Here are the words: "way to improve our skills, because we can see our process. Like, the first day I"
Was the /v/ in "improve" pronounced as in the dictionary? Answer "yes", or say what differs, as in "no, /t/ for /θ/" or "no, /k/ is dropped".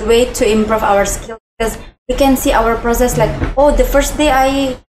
yes